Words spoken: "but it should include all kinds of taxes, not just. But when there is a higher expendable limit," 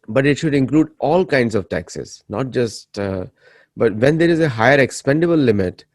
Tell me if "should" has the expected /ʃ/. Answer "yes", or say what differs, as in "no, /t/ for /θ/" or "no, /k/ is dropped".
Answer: yes